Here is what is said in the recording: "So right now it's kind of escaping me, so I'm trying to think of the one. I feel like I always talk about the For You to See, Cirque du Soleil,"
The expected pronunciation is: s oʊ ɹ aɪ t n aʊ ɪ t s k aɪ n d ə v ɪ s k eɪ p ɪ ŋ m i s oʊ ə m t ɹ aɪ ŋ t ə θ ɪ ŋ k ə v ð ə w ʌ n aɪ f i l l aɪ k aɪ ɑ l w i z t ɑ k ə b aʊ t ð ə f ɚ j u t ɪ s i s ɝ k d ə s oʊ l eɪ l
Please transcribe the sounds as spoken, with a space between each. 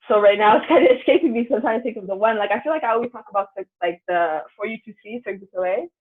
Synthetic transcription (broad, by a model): s oʊ ɹ aɪ t n aʊ ɪ t s k aɪ n d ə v ɪ s k eɪ p ɪ ŋ m i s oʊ ə m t aɪ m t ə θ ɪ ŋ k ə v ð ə w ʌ n aɪ f i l l aɪ k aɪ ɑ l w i t ɑ k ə b aʊ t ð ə f ɚ j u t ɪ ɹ i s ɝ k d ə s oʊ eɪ